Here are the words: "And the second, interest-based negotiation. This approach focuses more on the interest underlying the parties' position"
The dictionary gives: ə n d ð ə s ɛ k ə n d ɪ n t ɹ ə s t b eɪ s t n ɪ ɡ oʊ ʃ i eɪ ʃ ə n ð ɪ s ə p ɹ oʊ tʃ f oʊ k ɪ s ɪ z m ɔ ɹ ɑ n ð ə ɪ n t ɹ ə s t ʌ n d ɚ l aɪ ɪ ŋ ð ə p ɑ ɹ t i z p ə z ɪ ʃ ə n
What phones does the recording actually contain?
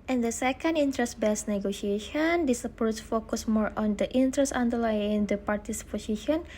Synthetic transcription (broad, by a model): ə n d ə s ɛ k ə n d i n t ɹ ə s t b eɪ s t n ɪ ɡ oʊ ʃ i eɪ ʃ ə n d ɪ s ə p oʊ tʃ f oʊ k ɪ s m ɔ ɹ ɑ n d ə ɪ n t ɹ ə s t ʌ n d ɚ l aɪ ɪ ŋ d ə p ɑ ɹ t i s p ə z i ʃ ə n